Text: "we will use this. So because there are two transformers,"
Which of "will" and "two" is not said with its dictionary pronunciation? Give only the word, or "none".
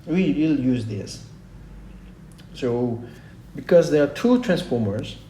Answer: none